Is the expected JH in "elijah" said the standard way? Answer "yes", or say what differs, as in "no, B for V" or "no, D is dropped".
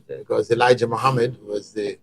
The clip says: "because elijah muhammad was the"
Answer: yes